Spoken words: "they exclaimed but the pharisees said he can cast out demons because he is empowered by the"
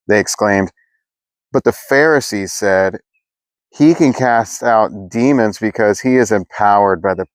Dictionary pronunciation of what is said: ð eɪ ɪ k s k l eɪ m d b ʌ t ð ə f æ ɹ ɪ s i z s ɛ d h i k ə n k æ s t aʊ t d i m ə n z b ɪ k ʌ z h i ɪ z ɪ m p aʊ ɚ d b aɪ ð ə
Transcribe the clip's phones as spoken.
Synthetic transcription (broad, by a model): ð eɪ ɪ k s k l eɪ m d b ʌ t ð ə f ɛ ɹ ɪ s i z s ɛ d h i k ə n k æ s t aʊ t d i m ə n z b ɪ k ʌ z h i ɪ z ɪ m p aʊ ɚ d b aɪ ð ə